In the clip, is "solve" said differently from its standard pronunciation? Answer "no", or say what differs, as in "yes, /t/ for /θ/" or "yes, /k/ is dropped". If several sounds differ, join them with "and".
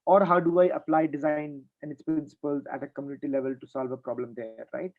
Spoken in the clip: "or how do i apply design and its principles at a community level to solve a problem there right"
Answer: no